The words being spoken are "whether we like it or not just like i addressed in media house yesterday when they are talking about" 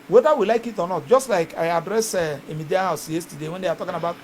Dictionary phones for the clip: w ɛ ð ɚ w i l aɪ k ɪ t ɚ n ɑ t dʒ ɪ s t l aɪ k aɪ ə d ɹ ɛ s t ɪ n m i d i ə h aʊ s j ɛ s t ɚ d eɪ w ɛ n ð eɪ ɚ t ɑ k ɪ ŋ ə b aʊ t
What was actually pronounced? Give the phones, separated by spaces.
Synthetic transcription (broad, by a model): w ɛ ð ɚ w i l aɪ k ɪ t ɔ n ɑ t dʒ ɪ s t l aɪ k aɪ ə d ɹ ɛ s ɪ m i d i ə h aʊ s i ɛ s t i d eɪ w ɛ n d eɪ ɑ t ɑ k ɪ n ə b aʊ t